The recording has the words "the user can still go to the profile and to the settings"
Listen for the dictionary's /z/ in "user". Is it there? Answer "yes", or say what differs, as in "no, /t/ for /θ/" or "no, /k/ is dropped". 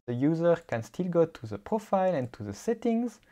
yes